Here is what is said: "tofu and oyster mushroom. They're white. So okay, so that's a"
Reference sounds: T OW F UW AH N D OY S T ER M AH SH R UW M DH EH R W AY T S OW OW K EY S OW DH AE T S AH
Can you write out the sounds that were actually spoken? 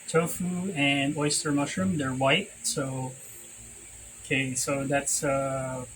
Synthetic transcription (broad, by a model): T OW F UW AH N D OY S T ER M AH SH R UW M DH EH R W AY T S OW OW K EY S OW DH AE T S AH